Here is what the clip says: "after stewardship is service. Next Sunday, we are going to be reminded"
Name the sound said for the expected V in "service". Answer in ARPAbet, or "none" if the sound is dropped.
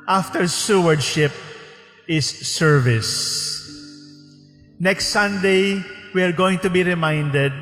V